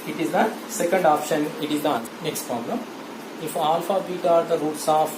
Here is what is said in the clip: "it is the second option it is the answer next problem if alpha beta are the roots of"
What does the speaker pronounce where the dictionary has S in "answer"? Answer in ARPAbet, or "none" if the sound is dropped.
none